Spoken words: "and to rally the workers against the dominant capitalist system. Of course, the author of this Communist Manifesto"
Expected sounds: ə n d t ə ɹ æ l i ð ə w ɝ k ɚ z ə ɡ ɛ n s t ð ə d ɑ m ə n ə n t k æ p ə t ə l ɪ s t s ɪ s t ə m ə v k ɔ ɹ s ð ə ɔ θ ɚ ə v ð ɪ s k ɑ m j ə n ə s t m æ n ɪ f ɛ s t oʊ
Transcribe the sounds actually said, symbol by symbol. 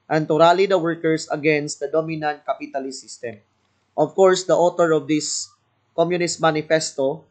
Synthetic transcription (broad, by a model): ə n t ə ɹ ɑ l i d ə w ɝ k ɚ s ə ɡ ɛ n s t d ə d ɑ m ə n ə n t k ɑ p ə t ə l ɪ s s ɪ s t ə m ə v k ɔ ɹ s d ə ɔ t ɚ ə v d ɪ s k ɑ m j ə n ə s t m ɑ n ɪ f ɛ s t oʊ